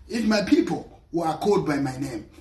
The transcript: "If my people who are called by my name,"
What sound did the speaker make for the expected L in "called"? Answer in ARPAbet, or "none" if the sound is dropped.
none